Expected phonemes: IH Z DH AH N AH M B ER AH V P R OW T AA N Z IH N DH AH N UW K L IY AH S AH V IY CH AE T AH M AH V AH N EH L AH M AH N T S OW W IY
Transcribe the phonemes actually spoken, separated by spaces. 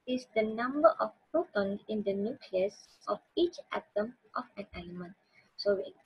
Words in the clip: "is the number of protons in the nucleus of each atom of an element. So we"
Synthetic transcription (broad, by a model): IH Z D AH N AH M B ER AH F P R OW T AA N IH N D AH N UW K L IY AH S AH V IY CH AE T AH M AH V AH N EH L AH M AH N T S OW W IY